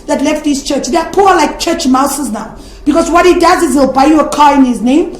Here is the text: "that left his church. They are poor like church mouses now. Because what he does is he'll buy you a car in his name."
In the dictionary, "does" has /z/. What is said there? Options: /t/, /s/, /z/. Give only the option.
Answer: /z/